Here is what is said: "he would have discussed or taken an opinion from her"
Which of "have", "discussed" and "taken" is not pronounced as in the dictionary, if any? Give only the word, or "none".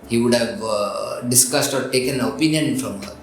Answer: none